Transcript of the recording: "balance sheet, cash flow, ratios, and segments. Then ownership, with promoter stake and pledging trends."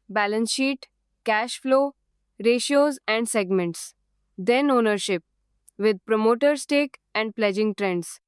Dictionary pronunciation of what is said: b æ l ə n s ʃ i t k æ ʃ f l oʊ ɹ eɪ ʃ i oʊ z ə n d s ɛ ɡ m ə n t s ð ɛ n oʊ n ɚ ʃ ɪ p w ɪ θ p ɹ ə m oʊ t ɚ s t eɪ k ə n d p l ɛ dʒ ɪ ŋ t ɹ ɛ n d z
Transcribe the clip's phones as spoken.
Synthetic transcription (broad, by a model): b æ l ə n s ʃ i t k æ ʃ f l oʊ ɹ eɪ ʃ i oʊ z ə n d s ɛ ɡ m ə n t s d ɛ n oʊ n ɚ ʃ ɪ p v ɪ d p ɹ ə m oʊ t ɚ s t eɪ k ə n d p l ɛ dʒ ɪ ŋ t ɹ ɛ n d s